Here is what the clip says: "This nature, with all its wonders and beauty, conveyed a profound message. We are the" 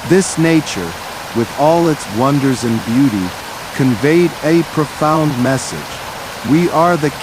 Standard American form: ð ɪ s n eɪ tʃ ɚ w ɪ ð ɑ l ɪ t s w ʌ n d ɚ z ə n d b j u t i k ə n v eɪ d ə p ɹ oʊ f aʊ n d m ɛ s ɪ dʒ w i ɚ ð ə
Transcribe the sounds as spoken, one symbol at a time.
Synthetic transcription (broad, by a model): ð ɪ s n eɪ tʃ ɚ w ɪ ð ɑ l ɪ t s w ʌ n d ɚ z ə n b j u t i k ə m v eɪ d ə p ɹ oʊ f aʊ n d m ɛ s ɪ dʒ w i ɚ ð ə